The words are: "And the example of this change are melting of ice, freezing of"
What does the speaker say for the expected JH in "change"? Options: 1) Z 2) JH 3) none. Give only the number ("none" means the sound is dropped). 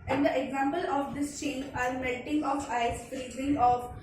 3